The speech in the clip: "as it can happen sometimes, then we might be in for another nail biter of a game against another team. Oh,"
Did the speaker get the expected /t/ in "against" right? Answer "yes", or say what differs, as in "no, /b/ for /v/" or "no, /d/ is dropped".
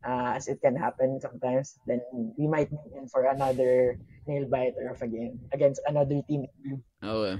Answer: yes